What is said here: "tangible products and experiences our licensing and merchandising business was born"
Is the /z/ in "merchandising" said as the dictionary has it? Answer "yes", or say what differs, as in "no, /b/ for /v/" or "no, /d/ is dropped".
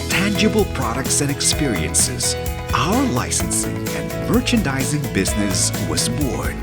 yes